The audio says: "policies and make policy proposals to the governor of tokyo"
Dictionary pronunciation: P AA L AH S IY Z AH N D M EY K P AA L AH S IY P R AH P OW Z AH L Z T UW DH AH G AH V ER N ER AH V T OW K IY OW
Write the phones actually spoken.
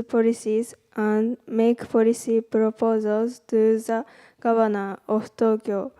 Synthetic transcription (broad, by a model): P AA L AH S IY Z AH N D M EY K P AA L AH S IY P R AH P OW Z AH L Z T UW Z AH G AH B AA N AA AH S T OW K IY OW